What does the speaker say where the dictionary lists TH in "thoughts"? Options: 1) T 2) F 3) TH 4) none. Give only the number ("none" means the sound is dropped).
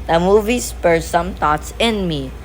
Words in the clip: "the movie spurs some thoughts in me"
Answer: 1